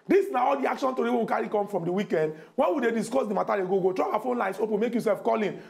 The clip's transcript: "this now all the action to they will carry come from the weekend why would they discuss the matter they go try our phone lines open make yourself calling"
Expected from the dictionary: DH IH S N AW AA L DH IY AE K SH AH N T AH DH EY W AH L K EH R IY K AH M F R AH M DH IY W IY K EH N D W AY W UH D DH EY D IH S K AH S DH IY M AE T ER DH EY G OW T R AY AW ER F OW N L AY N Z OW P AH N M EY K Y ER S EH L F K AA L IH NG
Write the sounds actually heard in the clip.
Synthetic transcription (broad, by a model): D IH S N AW AA L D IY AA K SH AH N T AH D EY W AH W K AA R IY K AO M F R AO M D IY W IY K EH N D W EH W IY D EY D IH S K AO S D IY M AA T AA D EY G OW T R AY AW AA F OW N L AY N S OW P AH N M EY K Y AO S EH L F K AA L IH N